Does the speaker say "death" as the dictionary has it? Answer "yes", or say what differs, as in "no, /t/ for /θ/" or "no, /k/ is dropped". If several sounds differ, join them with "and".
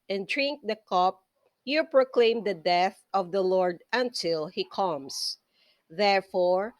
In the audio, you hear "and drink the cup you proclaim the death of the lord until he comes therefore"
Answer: yes